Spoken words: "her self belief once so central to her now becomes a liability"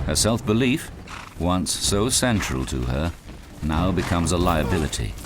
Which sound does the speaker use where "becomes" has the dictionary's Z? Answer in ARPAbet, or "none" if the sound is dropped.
Z